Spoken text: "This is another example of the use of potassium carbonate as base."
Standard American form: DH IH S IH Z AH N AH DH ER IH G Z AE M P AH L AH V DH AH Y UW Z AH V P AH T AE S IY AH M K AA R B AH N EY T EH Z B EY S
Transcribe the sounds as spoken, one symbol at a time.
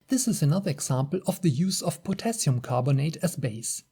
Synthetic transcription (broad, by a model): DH IH S IH Z AH N AH DH ER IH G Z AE M P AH L AH V DH AH Y UW Z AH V P AH T AE S IY AH M K AA R B AH N EY T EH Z B EY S